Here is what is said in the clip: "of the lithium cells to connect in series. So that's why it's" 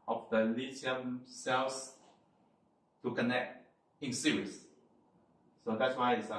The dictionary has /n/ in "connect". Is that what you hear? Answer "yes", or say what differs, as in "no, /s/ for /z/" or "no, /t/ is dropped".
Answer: yes